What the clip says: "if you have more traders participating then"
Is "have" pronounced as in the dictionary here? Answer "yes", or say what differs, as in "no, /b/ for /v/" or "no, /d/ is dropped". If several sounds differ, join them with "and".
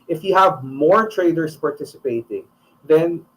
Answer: yes